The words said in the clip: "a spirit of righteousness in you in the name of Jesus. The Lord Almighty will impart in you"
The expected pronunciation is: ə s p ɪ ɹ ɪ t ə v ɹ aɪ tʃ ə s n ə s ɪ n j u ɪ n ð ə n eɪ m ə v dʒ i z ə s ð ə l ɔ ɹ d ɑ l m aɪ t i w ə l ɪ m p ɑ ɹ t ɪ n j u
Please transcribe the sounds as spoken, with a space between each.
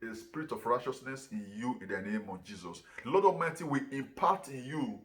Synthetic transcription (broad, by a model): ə s p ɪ ɹ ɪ t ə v ɹ aɪ tʃ ə s n ə s ɪ n j u ɪ n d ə n eɪ m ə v dʒ i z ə s l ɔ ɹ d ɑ m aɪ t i w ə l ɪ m p ɑ t ɪ n j u